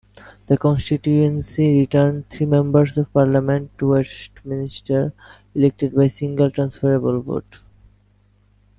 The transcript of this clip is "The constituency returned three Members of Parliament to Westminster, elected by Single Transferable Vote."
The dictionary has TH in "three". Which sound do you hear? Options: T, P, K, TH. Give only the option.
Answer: T